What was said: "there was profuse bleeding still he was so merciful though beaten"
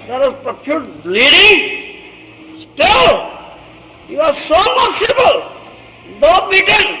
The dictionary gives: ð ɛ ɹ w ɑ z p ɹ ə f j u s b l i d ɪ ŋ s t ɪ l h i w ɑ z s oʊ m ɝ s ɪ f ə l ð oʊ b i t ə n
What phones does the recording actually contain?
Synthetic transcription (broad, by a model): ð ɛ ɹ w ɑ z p ɹ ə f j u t l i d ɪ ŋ s t ɪ l h i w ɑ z s oʊ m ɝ s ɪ p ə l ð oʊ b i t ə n